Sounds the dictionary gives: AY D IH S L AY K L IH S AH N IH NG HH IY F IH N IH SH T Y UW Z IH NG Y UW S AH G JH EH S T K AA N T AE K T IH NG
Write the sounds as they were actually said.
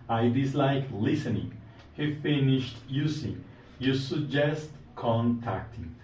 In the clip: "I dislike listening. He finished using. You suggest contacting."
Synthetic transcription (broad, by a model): AY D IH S L AY K L IH S AH N IH NG HH IY F IH N IH SH T Y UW S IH Y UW S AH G JH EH S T K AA N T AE K T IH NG